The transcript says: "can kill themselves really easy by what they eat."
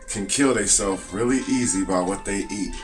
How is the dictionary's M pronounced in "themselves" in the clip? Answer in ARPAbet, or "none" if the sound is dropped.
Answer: none